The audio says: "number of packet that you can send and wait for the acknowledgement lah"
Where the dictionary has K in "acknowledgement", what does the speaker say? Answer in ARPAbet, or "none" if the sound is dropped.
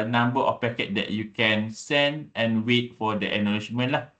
none